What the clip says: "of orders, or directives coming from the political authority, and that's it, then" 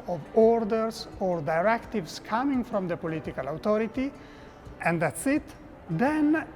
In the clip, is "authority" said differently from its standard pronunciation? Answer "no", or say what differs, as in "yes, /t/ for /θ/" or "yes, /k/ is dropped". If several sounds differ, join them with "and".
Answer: yes, /t/ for /θ/